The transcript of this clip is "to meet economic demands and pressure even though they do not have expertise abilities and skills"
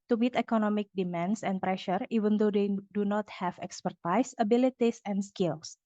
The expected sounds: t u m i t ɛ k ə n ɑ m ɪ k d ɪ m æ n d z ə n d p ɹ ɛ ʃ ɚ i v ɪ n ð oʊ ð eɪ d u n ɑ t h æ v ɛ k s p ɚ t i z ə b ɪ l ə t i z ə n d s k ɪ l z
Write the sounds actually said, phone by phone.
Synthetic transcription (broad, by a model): t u m i t ɛ k ə n ɑ m ɪ k d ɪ m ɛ n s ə n p ɹ ɛ ʃ ɚ i v ɪ n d oʊ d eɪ d u n ɑ t h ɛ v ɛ k s p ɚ t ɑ s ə b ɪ l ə t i s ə n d s k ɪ l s